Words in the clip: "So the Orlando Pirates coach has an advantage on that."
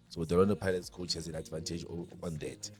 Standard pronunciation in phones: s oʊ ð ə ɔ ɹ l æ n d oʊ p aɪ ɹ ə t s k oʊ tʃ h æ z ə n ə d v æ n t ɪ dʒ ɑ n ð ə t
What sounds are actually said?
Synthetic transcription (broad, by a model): s oʊ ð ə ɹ ɔ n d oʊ p aɪ l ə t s k oʊ tʃ h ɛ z ə n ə d v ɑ n t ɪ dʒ ɑ n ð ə t